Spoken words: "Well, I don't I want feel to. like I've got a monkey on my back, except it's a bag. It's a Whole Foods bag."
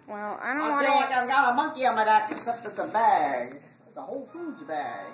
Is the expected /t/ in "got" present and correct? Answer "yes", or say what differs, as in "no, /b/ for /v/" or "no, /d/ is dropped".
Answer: no, /t/ is dropped